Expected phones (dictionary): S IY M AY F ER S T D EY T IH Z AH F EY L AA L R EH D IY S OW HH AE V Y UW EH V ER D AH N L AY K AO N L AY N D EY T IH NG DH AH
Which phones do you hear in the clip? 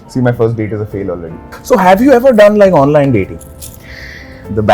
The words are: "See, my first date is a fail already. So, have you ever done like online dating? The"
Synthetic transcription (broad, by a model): S IY M AY F ER S T D EY T IH Z AH F EY L AA L R EH D IY S OW HH AE V Y UW EH V ER D AH N L AY K AO N L AY N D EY T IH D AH